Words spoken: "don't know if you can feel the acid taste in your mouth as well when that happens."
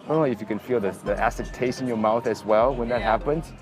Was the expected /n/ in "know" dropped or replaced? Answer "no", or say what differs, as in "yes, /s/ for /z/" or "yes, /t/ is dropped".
yes, /l/ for /n/